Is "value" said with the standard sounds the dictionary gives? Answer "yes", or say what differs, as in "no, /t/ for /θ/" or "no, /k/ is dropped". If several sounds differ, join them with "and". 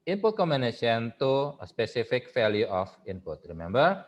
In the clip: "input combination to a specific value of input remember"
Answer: no, /f/ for /v/